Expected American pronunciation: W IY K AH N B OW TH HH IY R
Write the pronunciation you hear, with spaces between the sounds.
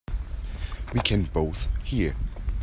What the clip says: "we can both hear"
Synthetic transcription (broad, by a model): W IY K AH N B OW TH HH IY R